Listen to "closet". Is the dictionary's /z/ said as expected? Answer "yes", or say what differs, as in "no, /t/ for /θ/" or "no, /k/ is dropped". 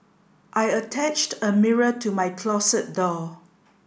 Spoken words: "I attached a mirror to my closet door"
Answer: no, /s/ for /z/